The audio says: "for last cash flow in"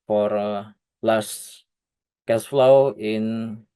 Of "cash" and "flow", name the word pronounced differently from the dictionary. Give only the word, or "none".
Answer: cash